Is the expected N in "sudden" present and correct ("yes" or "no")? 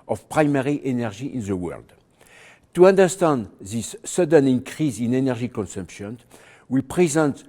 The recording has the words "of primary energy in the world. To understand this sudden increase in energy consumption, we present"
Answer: yes